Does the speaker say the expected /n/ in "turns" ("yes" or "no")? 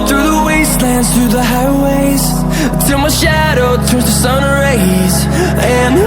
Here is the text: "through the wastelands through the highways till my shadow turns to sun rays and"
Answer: no